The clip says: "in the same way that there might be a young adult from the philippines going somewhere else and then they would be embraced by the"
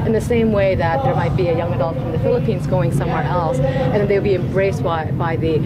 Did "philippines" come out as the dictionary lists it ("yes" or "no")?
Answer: yes